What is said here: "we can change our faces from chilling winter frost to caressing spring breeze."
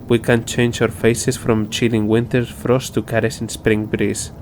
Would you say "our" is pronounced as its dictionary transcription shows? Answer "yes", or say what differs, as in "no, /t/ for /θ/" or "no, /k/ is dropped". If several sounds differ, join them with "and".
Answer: no, /w/ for /ɹ/